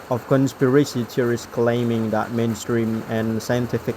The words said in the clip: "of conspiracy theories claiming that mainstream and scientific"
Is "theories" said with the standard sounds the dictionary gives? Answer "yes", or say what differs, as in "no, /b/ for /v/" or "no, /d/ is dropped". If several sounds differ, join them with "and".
no, /t/ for /θ/ and /s/ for /z/